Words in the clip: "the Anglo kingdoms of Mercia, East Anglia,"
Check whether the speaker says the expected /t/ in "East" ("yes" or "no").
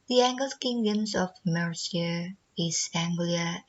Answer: no